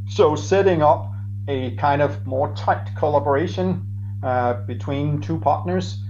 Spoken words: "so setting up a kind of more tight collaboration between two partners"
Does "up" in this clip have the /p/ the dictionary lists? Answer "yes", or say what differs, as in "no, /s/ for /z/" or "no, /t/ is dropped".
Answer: yes